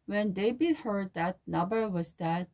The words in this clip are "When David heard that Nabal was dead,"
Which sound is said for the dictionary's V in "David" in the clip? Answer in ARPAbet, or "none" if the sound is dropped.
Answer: B